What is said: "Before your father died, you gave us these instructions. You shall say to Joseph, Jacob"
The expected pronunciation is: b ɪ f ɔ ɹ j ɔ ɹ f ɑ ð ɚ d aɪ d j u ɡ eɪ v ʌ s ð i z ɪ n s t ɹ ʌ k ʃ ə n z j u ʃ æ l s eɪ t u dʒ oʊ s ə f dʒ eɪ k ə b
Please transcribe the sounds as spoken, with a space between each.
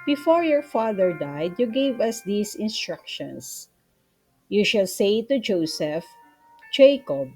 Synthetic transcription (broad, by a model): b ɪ f ɔ ɹ j ɔ ɹ f ɑ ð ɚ d aɪ d j u ɡ eɪ v ʌ s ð i s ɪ n s t ɹ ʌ k ʃ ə n s j u ʃ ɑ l s eɪ t u dʒ oʊ s ə f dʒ eɪ k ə b